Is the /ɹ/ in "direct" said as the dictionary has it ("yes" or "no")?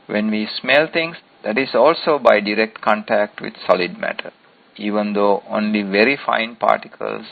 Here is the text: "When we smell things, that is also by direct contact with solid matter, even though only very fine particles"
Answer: yes